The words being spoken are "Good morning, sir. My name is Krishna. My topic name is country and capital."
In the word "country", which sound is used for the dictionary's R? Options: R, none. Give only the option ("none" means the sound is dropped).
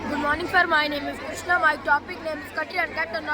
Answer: none